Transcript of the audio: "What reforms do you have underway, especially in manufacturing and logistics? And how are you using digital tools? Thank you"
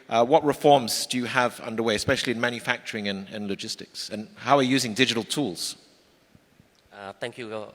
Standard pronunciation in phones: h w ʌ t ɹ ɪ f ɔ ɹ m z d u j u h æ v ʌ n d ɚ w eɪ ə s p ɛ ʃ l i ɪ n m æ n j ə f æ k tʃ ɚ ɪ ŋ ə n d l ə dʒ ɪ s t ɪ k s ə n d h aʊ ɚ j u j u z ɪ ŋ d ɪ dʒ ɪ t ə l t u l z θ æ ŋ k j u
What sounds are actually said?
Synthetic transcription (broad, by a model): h w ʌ t ɹ ɪ f ɔ ɹ m z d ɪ j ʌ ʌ v ʌ n d ɚ w eɪ ə s p ɛ ʃ l i ɪ n m æ n j ə f æ k tʃ ɚ ɪ ŋ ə n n l ə dʒ ɪ s t ɪ k s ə n h aʊ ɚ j j u z ɪ ŋ d ɪ dʒ ɪ t ə l t u l z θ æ ŋ k j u